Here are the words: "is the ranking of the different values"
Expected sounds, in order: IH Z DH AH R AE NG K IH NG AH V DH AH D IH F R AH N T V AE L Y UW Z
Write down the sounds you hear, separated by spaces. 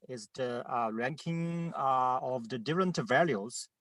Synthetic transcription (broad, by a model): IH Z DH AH R AE NG K IH NG AH V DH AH D IH F R AH N T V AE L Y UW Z